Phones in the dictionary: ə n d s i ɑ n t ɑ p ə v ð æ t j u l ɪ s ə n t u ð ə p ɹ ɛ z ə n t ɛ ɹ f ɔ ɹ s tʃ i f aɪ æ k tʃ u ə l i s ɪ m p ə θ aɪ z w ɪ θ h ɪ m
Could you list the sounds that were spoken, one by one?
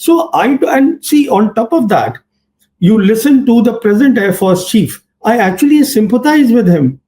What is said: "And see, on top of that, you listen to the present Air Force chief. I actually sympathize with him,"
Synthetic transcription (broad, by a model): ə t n s i ɑ n t ɑ p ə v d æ t j u l ɪ s ə n t u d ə p ɹ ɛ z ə n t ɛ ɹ f ɔ ɹ s tʃ i f aɪ æ k tʃ u ə l i s ɪ m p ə t aɪ z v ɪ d h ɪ m